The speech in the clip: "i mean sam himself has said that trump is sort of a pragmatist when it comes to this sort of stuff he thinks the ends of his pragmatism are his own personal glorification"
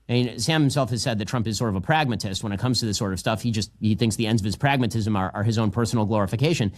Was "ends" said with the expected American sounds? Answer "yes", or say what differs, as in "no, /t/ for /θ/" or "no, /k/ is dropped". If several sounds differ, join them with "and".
yes